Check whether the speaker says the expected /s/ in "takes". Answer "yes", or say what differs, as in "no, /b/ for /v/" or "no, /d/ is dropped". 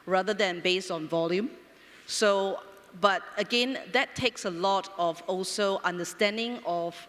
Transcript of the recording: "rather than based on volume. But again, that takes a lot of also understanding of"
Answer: yes